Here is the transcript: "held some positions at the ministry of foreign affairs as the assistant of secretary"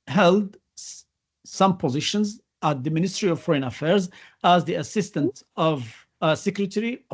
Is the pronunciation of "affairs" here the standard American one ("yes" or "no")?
yes